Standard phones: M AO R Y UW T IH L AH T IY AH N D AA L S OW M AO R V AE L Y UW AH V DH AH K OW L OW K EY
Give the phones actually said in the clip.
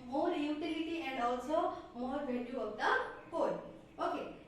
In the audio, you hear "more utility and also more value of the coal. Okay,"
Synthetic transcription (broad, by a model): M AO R Y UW T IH L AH T IY AH N D AA L S OW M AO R B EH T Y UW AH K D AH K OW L OW K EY